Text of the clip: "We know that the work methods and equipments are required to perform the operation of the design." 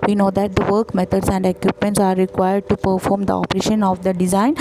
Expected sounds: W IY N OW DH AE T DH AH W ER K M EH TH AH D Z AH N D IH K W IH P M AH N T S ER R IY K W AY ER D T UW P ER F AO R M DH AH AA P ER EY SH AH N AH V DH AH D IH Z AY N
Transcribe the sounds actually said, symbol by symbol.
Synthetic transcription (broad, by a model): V IY N OW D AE T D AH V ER K M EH T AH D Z AH N D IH K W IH P M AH N T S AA R IY K W AY ER D T UW P ER F AO R M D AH AA P ER EY SH AH N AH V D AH D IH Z AY N